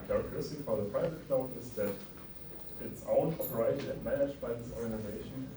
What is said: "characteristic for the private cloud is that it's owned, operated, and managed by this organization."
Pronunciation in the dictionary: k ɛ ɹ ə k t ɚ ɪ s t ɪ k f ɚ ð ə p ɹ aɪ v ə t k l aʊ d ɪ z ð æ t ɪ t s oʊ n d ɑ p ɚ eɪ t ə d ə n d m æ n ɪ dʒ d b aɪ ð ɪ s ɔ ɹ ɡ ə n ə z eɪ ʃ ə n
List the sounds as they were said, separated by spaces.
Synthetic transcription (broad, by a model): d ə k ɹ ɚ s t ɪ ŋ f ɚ ð ə p ɹ aɪ v ə t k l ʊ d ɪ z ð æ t ɪ t s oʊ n ɑ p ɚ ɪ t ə ə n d m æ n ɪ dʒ b aɪ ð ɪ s ɔ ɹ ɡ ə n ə z eɪ ʃ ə n